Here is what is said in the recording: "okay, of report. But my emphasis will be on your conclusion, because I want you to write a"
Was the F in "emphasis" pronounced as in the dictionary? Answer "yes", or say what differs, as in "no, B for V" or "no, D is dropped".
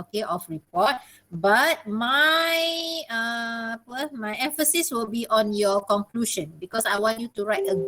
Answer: yes